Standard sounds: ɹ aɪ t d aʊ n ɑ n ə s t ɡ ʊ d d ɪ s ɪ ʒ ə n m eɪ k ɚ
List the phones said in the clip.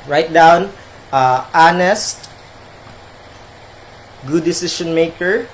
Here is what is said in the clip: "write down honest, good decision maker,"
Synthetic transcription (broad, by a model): ɹ aɪ t d aʊ n ɑ n ə s t ɡ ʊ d d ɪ s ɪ ʃ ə n m eɪ k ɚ